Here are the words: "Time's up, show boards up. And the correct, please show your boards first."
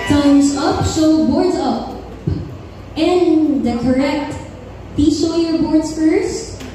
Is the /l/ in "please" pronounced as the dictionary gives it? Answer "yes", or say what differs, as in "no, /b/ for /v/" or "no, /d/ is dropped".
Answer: no, /l/ is dropped